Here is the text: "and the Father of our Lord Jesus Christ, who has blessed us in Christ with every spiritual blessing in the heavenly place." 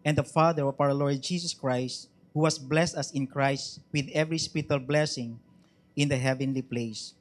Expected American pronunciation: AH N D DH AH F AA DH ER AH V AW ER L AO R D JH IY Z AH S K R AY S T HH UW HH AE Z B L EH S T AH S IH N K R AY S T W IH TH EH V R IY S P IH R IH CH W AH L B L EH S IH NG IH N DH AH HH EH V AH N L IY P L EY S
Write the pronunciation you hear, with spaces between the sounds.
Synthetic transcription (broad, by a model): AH N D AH F AA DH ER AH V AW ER L AO R D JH IY S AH S K R AY S T HH UW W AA S B L EH S T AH S IH N K R AY S T W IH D EH V R IY S P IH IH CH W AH L B L EH S IH NG IH N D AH HH EH V AH N L IY P L EY S